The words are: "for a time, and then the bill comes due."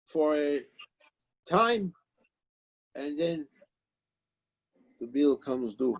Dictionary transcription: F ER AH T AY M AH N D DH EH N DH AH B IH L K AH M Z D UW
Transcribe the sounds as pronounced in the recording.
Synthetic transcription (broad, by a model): F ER AH T AY M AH N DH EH N DH AH B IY L K AH M Z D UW